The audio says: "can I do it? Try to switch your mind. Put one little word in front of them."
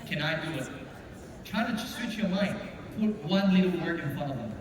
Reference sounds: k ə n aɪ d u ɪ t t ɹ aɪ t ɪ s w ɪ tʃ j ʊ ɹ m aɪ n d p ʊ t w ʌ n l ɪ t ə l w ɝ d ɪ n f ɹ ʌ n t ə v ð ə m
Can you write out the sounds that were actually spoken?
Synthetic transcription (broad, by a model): k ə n aɪ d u ɪ t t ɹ aɪ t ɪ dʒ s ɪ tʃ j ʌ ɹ m aɪ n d p ʊ t w ʌ n l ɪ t l w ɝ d ɪ n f ɑ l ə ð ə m